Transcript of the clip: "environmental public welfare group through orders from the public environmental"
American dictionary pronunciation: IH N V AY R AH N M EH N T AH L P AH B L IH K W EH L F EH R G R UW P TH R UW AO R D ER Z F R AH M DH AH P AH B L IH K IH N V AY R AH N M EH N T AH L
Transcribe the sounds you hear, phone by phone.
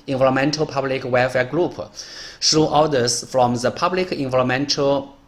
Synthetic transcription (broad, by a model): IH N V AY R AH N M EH N T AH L P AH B L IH K W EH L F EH G R UW P S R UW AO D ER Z F R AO M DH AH P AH B L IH K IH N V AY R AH M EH N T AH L